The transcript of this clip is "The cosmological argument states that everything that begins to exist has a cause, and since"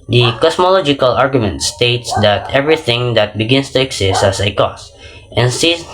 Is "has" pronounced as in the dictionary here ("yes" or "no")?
no